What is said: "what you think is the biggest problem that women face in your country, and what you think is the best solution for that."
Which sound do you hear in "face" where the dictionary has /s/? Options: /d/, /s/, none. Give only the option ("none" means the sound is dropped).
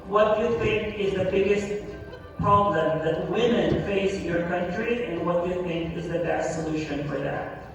none